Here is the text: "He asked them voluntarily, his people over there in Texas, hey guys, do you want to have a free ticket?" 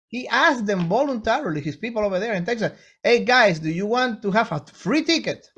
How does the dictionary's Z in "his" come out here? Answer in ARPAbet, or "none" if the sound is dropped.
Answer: S